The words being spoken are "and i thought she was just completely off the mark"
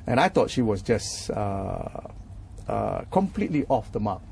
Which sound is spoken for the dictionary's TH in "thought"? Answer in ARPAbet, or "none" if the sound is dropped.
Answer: T